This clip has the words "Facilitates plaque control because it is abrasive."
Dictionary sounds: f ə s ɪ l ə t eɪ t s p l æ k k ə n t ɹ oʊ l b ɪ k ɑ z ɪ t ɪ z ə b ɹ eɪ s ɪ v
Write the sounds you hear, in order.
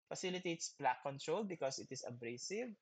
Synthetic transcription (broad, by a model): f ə s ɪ l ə t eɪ t s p l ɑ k k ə n t ɹ oʊ l b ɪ k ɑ s ɪ t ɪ s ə b ɹ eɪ s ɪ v